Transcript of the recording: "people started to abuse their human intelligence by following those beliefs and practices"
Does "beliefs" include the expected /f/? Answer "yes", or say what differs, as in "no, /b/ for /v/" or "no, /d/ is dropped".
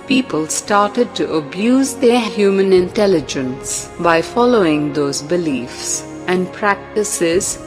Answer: yes